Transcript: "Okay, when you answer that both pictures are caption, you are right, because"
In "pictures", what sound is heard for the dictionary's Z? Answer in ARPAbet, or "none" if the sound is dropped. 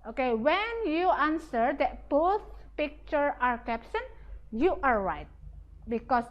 none